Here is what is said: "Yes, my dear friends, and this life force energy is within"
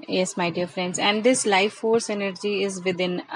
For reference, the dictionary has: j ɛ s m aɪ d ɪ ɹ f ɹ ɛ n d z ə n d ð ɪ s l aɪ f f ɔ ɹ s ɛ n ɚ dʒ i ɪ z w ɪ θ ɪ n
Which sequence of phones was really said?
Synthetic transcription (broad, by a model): j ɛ s m aɪ d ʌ ɹ f ɹ ɛ n d z ə n d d ɪ s l aɪ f f ɔ ɹ s ɛ n ɚ dʒ i ɪ z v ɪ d ɪ n